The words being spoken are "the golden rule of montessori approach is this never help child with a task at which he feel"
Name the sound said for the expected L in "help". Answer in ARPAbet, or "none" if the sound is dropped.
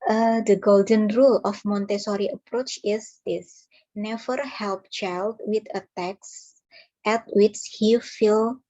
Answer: L